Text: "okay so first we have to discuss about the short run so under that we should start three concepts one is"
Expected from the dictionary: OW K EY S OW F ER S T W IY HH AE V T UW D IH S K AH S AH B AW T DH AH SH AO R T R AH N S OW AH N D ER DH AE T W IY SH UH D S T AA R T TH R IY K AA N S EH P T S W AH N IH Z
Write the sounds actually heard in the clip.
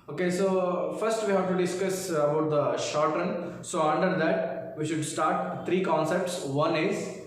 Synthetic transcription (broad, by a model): OW K EY S OW F ER S T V IY HH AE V T UW D IH S K AH S AH B AW T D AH SH AO R T R AH N S OW AH N D ER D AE T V IY SH UH D S T AA R T T R IY K AA N S EH P T S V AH N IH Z